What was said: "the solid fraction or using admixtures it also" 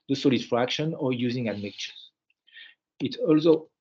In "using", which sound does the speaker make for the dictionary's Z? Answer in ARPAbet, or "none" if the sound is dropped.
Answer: Z